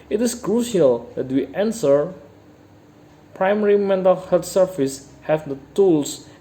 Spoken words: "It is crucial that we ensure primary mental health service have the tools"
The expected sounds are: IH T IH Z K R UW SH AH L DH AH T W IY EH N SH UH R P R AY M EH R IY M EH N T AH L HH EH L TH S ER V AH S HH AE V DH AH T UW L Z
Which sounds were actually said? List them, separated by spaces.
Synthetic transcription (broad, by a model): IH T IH S K R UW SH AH L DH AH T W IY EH N S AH R P R AY M EH R IY M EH N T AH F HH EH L S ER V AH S HH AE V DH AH T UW L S